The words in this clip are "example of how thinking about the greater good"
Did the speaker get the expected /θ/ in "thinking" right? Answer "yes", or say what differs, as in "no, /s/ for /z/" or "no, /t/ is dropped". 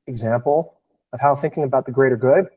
yes